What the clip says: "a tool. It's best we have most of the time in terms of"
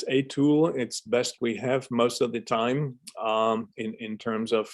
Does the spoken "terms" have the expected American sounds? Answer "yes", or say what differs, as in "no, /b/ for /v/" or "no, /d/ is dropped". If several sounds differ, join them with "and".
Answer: yes